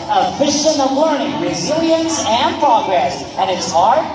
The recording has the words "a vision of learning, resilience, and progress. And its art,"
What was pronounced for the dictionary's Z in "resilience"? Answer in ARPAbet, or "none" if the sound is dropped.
Z